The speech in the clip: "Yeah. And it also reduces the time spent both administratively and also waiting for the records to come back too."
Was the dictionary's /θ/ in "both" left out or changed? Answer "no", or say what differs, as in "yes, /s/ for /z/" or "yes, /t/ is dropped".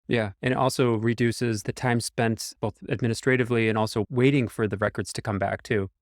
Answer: no